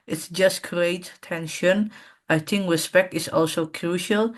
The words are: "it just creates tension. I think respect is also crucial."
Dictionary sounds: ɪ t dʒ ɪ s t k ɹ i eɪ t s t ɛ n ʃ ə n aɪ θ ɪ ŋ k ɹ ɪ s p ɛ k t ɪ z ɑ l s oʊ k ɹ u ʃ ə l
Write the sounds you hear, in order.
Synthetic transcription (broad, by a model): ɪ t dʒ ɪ s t k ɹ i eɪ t t ɛ n ʃ ə n aɪ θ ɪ ŋ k ɹ ɪ s p ɛ k t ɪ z ɑ l s oʊ k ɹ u ʃ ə l